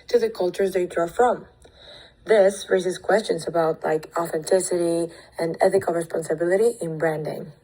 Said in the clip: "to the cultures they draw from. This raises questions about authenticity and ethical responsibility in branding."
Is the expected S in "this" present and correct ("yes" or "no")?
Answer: yes